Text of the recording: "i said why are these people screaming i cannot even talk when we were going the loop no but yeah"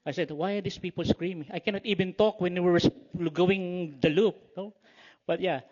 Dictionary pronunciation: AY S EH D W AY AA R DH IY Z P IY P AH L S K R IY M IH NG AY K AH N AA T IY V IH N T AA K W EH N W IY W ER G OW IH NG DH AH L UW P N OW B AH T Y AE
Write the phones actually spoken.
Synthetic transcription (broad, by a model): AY S EH D W AY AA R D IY S P IY P AH L S K R IY M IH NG AY K AH N AA T IY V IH N T AA K W EH N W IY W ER G OW IH NG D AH L UW P N OW B AH T Y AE